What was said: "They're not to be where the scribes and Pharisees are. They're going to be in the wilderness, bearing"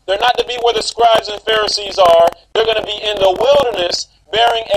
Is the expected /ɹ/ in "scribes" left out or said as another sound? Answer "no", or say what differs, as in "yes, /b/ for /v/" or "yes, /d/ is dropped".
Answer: no